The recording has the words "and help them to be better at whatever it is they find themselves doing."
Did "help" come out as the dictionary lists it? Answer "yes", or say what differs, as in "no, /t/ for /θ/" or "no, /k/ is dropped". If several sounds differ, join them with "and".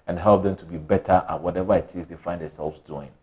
yes